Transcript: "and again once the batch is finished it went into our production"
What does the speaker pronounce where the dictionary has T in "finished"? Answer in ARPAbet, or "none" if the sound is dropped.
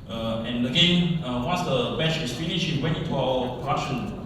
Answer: none